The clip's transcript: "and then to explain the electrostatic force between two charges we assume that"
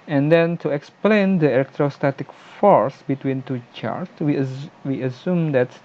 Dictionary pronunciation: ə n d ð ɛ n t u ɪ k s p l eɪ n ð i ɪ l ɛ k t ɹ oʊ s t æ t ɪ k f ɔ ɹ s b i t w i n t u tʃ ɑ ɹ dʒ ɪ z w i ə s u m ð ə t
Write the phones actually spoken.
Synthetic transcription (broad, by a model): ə n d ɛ n t u ɪ k s p l eɪ n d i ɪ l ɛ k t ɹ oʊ s t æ t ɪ k f ɔ ɹ s b i t w i n t u tʃ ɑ ɹ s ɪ w i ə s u m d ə t